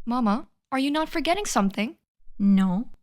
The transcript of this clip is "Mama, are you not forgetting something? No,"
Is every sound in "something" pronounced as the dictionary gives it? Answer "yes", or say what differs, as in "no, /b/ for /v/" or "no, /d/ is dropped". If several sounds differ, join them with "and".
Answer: yes